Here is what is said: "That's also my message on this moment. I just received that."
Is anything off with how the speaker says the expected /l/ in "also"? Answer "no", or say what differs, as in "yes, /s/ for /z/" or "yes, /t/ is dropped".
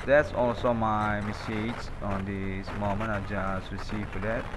no